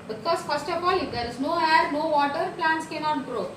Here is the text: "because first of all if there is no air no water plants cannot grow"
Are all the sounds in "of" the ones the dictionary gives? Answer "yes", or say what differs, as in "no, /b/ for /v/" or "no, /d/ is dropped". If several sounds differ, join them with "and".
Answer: no, /p/ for /v/